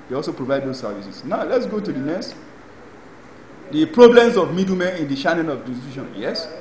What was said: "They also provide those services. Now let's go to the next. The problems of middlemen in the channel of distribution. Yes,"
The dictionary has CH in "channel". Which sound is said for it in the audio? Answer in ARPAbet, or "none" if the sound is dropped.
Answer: SH